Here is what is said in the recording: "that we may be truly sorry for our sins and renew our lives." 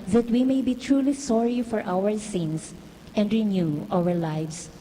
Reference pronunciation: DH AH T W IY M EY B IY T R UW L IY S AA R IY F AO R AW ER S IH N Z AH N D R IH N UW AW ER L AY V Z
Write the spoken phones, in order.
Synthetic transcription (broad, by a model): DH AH T W IY M EY B IY T R UW L IY S AA R IY F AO R AW ER S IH N S AH N D R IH N UW AW ER L AY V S